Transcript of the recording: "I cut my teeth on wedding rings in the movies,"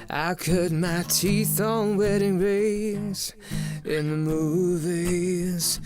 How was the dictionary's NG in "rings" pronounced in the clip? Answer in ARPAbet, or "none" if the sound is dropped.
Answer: none